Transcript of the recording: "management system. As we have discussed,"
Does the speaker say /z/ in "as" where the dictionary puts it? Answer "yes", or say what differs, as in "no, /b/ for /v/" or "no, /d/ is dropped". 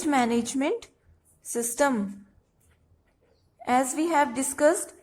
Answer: yes